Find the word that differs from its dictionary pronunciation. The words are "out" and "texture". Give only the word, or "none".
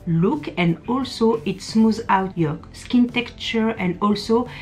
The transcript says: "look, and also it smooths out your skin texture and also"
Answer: texture